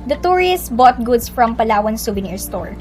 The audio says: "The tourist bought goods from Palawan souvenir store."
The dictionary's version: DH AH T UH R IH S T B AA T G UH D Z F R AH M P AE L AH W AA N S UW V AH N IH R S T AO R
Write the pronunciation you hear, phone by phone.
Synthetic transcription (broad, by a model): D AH T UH R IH S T B AA T G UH D S F R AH M P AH L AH W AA N S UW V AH N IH R S T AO R